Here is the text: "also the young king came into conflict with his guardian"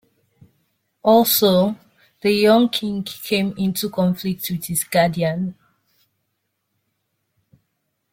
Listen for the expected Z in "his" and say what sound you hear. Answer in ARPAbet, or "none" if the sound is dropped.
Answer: S